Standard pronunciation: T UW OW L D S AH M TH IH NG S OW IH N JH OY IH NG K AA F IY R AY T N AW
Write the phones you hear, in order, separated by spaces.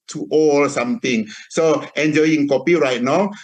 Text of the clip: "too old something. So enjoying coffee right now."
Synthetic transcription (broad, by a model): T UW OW L S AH M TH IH NG S OW IH N JH OY IH NG K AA P IY R AY T N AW